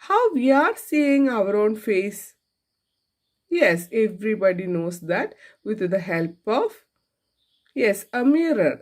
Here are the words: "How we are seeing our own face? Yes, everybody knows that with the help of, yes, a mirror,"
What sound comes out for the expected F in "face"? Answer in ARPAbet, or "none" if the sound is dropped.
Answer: F